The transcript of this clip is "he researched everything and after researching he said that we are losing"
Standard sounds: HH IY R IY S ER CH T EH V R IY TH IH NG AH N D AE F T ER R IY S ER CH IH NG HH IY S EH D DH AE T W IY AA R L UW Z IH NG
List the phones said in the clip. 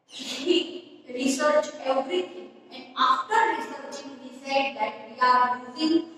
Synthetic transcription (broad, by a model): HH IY R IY S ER CH EH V R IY T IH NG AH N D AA F T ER R IY S ER CH IH NG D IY S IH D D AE T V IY AA R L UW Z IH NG